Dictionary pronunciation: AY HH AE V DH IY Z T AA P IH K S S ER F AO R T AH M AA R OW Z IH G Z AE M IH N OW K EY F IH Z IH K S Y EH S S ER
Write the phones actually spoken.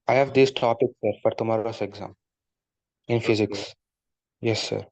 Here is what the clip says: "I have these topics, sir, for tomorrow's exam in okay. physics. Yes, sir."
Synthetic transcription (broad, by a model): AY HH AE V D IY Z T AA P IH K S S ER F AO R T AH M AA R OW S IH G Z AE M IH N F IH Z IH K S Y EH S S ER